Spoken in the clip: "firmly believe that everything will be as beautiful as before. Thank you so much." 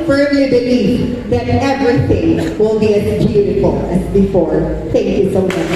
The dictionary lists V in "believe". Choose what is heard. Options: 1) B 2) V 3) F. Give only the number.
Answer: 3